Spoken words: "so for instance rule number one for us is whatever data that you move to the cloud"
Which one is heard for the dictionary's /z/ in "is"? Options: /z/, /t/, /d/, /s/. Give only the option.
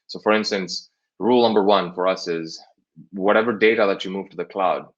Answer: /z/